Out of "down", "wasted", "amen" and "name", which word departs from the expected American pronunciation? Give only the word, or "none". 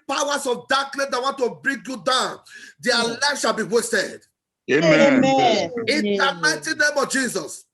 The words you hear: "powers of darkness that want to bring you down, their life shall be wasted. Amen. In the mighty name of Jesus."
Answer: amen